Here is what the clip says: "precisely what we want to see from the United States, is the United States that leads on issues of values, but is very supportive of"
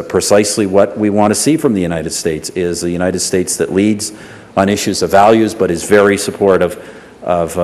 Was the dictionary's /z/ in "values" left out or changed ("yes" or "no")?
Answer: no